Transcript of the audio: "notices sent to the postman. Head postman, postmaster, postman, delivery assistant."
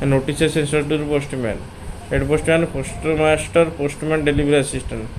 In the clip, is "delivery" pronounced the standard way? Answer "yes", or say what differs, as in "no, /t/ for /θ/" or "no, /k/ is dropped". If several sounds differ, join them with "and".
no, /b/ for /v/